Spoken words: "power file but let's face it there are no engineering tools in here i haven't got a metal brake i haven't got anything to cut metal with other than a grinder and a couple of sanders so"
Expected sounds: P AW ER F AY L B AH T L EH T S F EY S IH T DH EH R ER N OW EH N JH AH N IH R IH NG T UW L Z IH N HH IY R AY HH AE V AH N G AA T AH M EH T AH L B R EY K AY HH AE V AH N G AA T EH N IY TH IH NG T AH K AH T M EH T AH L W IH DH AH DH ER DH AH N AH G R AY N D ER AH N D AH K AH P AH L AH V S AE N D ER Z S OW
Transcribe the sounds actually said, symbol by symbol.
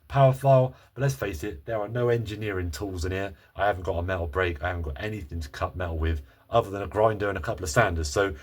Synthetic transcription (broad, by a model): P AW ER F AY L B AH T L EH T S F EY S IH T DH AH R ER N OW EH N JH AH N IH R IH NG T UW L Z IH N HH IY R AY HH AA V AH N G AA T AH M EH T L B R EY K AY HH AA V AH N G AA T EH N IY TH IH NG T AH K AH T M EH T L W IH DH AH DH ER DH AH N AH G R AY N D ER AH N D AH K AH P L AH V S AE N D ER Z S OW